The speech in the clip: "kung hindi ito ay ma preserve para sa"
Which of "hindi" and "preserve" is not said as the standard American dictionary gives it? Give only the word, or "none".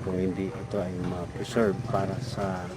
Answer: preserve